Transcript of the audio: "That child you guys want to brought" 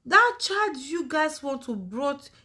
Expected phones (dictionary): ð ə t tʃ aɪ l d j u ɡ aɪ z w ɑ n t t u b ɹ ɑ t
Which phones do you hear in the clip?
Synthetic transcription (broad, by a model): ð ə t tʃ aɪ d j u ɡ aɪ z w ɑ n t t u b ɹ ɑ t